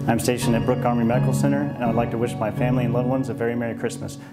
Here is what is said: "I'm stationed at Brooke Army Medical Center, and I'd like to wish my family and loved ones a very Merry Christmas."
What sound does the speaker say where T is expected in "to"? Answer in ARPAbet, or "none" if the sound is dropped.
T